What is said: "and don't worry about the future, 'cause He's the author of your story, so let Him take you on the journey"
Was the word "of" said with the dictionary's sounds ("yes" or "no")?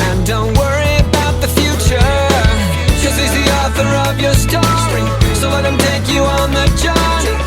yes